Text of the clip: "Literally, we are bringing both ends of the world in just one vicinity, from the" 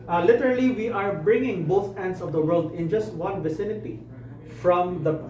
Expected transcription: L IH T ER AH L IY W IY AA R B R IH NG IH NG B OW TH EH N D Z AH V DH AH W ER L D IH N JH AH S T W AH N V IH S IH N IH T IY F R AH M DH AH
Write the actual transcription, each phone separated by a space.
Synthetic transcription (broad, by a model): L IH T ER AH L IY W IY AA R B R IH NG IH NG B OW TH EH N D S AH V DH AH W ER L D IH N JH AH S T W AH N V IH S IH N IH T IY F R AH M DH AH